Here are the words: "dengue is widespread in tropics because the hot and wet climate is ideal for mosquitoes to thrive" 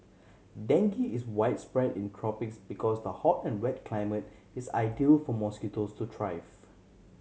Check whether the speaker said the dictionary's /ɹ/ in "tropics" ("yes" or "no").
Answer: yes